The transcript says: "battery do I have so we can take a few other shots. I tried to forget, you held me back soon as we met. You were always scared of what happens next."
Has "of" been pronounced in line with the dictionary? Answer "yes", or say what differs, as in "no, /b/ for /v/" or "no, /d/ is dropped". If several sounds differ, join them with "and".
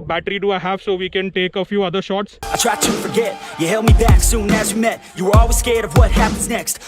yes